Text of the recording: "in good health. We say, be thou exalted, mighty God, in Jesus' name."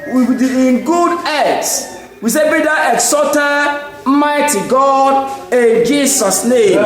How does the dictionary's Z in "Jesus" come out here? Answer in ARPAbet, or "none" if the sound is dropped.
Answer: S